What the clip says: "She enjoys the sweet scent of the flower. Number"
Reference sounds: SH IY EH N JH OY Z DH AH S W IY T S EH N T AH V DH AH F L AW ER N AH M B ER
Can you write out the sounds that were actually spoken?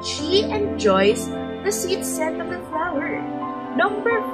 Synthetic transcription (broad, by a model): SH IY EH N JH OY S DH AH S IY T S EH T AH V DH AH F L AW ER N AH M B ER